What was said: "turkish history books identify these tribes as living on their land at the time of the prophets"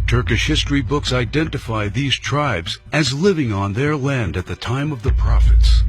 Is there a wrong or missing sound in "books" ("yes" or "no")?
no